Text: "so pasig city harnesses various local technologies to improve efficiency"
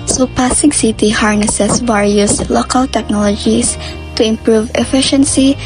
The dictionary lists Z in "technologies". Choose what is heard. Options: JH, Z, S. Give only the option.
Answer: S